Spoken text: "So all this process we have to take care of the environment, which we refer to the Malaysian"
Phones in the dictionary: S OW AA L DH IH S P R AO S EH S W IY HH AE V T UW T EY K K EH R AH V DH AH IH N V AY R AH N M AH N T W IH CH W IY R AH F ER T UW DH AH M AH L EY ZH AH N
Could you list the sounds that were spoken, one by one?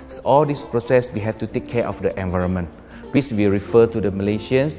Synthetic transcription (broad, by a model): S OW AA L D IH S P R AO S EH S W IY HH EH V T UW T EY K K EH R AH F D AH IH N V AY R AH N M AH N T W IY S W IY R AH F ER T UW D AH M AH L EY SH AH N